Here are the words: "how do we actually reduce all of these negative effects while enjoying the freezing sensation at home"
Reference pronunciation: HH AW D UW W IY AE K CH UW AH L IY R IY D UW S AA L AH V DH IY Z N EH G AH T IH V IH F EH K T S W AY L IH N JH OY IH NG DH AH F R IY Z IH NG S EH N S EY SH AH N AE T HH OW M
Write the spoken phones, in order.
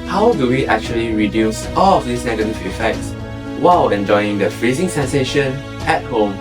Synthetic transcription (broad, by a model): HH AW D UW W IY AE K CH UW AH L IY R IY D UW S AA L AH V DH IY S N EH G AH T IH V IH F EH K T S W AY L IH N JH OY IH NG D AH F R IY Z IH NG S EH N S EY SH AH N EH T HH OW M